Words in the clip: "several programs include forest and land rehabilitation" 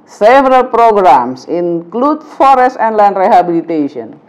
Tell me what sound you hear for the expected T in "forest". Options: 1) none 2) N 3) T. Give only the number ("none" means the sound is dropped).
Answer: 3